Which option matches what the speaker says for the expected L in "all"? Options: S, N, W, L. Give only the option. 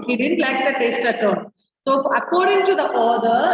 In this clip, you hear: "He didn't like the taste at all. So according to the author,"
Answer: N